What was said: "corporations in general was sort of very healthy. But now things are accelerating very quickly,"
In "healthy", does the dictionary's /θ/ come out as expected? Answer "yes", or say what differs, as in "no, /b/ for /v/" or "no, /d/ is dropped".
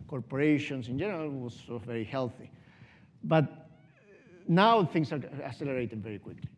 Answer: yes